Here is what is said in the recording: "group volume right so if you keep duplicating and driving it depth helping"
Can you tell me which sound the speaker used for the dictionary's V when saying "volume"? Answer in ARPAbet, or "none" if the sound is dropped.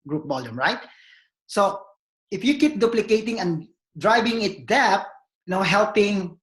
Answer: B